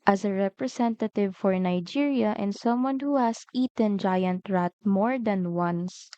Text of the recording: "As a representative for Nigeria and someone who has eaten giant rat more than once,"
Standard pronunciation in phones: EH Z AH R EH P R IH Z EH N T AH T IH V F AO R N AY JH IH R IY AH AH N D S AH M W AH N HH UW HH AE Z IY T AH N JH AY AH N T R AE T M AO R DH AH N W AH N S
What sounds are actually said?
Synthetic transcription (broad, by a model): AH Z AH R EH P R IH S EH N T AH T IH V F AO R N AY JH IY R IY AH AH N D S AH M W AH N HH UW HH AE S IY T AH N JH AY AH N T R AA T M AO R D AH N W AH N S